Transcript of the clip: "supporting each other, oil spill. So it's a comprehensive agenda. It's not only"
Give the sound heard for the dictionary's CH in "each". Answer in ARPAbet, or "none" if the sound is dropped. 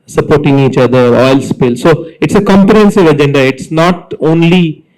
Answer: CH